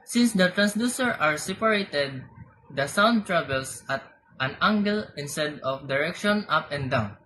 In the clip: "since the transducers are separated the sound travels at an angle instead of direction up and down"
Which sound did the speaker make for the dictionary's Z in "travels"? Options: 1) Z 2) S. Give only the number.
2